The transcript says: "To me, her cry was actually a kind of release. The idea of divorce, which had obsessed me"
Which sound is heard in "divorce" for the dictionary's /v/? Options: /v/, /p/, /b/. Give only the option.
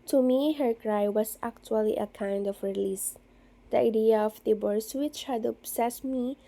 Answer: /b/